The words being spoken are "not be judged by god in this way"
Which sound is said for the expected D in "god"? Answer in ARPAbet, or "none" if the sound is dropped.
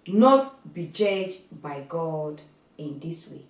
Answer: D